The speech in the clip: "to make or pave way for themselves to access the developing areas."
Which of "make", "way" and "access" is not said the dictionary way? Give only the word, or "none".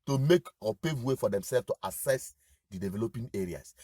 access